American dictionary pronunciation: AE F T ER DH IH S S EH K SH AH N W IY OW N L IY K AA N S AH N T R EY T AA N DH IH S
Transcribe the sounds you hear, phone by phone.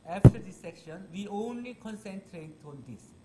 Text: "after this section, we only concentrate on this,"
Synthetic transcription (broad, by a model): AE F T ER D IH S S EH K SH AH N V IY OW N L IY K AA N S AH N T R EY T AA N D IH S